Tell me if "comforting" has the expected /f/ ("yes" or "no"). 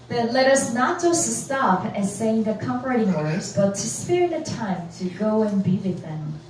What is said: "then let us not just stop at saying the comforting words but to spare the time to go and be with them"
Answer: no